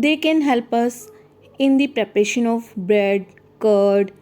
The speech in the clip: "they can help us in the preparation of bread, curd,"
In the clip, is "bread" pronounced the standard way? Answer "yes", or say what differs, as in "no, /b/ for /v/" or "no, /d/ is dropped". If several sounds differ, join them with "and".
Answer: yes